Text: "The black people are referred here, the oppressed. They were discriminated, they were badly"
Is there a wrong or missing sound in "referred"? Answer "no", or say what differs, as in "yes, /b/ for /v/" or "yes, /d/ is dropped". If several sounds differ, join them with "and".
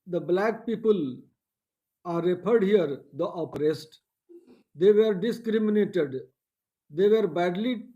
yes, /p/ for /f/